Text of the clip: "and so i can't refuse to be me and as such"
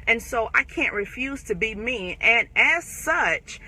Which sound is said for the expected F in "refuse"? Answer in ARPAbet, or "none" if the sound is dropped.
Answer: F